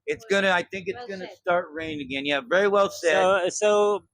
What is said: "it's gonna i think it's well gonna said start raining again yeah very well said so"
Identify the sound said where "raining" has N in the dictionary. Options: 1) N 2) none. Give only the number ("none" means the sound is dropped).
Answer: 2